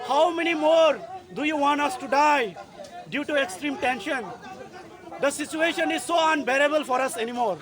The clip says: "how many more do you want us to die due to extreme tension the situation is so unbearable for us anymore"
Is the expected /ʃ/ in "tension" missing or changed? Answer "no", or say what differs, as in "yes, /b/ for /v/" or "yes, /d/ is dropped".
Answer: no